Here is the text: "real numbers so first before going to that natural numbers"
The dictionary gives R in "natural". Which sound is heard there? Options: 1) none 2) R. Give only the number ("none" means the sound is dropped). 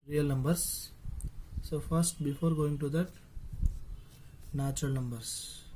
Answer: 1